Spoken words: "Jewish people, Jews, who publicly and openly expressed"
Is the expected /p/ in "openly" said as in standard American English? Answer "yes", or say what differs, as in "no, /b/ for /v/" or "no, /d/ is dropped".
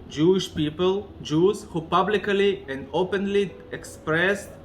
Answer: yes